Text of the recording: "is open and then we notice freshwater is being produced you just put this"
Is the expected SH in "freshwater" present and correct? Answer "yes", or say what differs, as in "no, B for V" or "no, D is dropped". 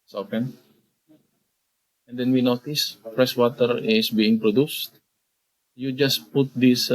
no, S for SH